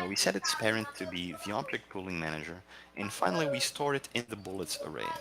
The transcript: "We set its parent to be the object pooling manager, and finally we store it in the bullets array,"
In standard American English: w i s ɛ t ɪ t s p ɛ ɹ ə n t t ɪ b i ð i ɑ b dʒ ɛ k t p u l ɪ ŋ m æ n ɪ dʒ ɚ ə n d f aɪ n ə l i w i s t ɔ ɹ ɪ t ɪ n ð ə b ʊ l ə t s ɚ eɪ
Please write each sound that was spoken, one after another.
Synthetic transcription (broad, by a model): w i s ɛ t ɪ t s p ɛ ɹ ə n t t ɪ b i ð i ɑ b dʒ ɛ k t p u l ɪ ŋ m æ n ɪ dʒ ɚ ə n f aɪ n l i w i s t ɔ ɹ ɪ t ɪ n ð ə b ʊ l ə t s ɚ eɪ